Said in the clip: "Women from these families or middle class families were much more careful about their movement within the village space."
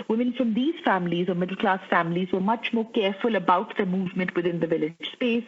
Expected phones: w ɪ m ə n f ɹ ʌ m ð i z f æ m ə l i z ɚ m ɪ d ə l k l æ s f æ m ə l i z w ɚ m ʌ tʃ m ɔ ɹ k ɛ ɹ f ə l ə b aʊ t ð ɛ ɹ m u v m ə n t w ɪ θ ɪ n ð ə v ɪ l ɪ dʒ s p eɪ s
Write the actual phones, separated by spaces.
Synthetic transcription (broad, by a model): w ɪ m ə n f ɹ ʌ m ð i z f æ m ə l i z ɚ m ɪ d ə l k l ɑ s f æ m ə l i z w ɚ m ʌ tʃ m ɔ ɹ k ɛ ɹ f ə l ə b aʊ t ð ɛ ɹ m u v m ə n t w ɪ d ɪ n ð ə v ɪ l ɪ dʒ s p eɪ s